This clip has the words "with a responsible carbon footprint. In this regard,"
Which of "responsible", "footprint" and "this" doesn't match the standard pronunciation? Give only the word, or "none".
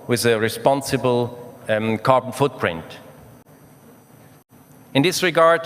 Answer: none